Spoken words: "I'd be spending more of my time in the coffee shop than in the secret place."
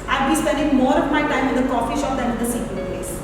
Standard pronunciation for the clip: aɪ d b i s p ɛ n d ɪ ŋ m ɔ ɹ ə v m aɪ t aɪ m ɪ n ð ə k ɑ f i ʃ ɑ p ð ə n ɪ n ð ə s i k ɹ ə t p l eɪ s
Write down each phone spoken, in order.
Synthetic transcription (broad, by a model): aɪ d b i s p ɛ n d ɪ ŋ m ɔ ɹ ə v m aɪ t aɪ m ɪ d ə k ɑ f i ʃ ɑ p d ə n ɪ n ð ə s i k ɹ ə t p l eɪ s